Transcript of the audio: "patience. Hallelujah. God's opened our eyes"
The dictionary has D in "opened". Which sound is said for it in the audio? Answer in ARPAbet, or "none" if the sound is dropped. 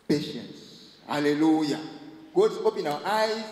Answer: none